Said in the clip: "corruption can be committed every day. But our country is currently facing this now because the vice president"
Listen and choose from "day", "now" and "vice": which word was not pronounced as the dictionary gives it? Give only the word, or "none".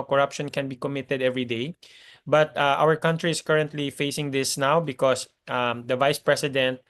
none